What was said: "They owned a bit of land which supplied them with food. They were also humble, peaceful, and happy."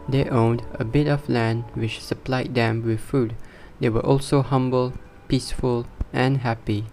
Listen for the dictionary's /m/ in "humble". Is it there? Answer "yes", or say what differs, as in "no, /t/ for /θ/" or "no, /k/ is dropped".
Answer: yes